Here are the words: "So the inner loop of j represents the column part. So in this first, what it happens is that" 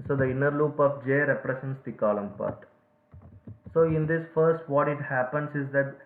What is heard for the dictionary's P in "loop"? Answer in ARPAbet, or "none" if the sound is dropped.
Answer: P